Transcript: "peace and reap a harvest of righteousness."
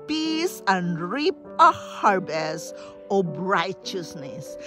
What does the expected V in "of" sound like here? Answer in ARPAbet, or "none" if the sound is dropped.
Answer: B